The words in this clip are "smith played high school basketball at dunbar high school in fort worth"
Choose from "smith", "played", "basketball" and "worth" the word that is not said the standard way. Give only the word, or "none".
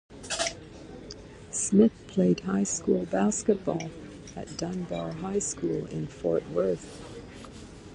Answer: none